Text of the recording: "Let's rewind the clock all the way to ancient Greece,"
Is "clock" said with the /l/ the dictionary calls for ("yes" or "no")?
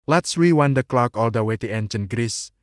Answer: yes